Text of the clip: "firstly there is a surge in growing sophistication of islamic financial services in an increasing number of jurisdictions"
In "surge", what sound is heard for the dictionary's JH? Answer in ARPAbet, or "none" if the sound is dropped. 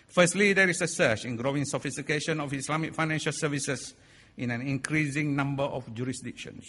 CH